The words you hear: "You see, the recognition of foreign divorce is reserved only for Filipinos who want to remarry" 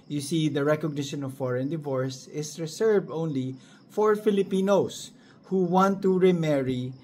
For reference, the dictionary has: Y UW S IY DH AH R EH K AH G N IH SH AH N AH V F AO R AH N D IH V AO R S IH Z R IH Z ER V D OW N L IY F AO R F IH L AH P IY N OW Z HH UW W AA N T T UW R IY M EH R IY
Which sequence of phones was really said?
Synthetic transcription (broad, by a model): Y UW S IY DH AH R EH K AH G N IH SH AH N AH V F AO R AH N D IH V AO R S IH S R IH S ER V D OW N L IY F AO R F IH L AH P IY N OW S HH UW W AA N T T UW R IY M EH R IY